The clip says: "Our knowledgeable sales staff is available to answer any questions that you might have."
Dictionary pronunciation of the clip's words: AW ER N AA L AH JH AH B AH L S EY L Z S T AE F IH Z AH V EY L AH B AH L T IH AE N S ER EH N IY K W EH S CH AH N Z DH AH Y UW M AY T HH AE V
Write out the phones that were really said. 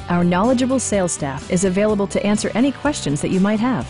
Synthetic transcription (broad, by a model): AW ER N AA L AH JH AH B L S EY L S T AE F IH Z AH V EY L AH B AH L T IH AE N S ER EH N IY K W EH S CH AH N Z DH AH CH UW M AY T HH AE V